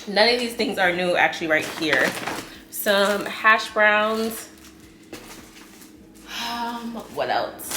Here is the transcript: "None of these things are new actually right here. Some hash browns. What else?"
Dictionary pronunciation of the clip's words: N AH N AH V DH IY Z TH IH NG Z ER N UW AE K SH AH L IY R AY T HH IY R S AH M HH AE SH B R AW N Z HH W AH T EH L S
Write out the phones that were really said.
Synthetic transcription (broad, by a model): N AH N AH V DH IY Z TH IH NG Z ER N UW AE K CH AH L IY R AY T HH IY R S AH M HH AE SH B R AW N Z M W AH T EH L S